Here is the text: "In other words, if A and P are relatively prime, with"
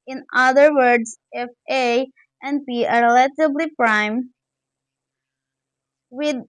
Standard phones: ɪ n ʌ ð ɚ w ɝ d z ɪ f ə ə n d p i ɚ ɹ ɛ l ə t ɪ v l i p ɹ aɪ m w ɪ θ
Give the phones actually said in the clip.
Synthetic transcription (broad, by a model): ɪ n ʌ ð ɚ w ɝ d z ɪ f ə ə n d p i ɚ ɹ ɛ l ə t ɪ b l i p ɹ aɪ m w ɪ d